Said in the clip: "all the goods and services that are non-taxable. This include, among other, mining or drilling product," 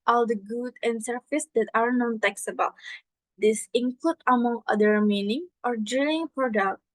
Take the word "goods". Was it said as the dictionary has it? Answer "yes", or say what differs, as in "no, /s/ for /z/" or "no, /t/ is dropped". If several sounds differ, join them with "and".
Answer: no, /z/ is dropped